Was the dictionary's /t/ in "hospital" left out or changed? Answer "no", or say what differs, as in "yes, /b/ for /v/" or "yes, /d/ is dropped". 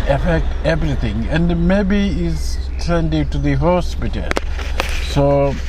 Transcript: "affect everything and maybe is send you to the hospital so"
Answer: no